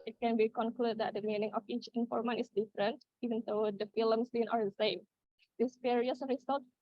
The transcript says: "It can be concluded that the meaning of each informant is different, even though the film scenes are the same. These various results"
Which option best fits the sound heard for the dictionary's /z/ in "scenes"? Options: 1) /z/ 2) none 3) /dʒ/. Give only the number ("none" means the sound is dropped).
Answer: 2